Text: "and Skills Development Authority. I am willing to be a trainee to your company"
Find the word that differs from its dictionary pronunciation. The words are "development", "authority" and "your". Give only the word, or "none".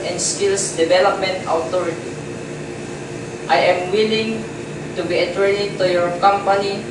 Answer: authority